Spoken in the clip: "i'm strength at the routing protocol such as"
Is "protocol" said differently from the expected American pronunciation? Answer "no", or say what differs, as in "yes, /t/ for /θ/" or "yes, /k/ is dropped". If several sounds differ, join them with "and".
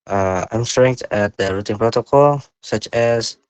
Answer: no